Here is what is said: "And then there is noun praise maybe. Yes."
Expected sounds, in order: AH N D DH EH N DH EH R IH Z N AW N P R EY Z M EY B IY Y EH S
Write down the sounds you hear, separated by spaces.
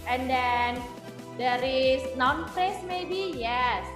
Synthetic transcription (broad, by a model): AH N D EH N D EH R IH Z N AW N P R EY S M EY B IY Y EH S